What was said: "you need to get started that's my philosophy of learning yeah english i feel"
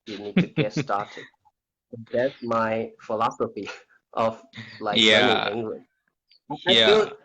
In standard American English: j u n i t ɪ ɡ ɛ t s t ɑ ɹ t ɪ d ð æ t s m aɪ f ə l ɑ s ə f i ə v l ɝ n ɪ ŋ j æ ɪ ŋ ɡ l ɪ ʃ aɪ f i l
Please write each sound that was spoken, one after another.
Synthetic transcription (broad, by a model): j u n i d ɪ ɡ ɛ t s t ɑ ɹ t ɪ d ð æ t s m aɪ f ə l ɑ s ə f i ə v l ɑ ɪ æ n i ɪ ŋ ɡ l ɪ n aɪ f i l